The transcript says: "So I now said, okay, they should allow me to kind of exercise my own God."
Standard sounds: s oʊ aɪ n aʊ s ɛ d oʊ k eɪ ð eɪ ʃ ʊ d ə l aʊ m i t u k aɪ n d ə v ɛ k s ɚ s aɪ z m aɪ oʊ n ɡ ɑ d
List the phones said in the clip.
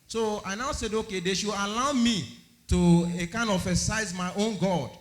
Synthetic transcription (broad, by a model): s oʊ aɪ n aʊ s ɛ d oʊ k eɪ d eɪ ʃ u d ə l aʊ m i t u k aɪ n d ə f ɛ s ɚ s aɪ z m aɪ oʊ n ɡ ɑ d